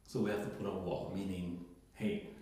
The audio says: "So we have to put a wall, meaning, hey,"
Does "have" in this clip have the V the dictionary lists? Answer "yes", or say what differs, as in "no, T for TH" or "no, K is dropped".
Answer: no, F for V